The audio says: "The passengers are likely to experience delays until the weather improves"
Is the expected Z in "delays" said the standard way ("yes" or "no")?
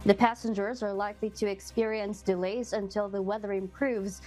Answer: yes